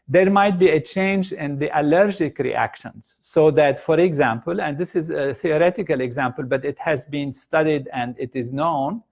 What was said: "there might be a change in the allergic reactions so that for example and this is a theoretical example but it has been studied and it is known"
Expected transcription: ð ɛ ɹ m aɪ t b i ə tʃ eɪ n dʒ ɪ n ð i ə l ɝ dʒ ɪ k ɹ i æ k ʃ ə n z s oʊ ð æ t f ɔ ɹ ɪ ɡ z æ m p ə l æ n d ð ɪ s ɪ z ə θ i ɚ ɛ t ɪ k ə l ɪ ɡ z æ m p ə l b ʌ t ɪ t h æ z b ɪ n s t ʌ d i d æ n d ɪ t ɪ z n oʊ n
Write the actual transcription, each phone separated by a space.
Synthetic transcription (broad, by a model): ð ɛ ɹ m aɪ t b i ə tʃ eɪ n dʒ ɪ n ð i ə l ɝ dʒ ɪ k ɹ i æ k ʃ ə n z s oʊ ð æ t f ɔ ɹ ɪ ɡ z æ m p ə l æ n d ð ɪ s ɪ z ə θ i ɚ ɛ t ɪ k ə l ɪ ɡ z æ m p ə l b ʌ t ɪ t h æ z b ɪ n s t ʌ d i d æ n d ɪ t ɪ z n oʊ n